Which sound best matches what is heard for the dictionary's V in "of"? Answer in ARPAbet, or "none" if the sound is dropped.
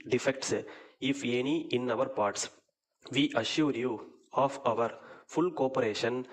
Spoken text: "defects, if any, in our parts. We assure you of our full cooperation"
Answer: V